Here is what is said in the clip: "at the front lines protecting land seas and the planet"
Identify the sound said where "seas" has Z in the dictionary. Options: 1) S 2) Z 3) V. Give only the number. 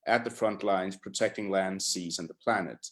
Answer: 2